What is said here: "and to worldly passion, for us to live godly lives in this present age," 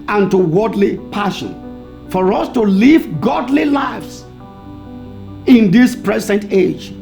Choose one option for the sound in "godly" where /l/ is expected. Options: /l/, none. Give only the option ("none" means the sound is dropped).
/l/